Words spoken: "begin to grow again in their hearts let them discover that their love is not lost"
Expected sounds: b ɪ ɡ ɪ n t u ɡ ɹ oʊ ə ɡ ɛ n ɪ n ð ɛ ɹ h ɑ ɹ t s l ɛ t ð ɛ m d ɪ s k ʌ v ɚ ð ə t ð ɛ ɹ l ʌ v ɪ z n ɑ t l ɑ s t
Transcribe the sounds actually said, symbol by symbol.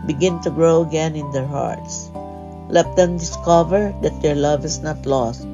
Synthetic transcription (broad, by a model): b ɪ ɡ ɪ n t u ɡ ɹ oʊ ə ɡ ɛ n ɪ n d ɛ ɹ h ɑ ɹ t s l ɛ t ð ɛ m d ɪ s k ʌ v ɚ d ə t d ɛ ɹ l ʌ v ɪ s n ɑ t l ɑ s t